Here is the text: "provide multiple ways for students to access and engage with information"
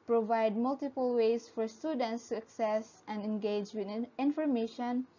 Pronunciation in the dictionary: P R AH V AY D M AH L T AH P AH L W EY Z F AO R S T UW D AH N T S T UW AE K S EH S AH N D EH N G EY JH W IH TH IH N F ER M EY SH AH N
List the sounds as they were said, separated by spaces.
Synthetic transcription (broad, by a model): P R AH V AY D M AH L T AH P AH L W EY S F AO R S T UW D AH N T S T UW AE K S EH S AH N D EH N G EY JH W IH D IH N F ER M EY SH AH N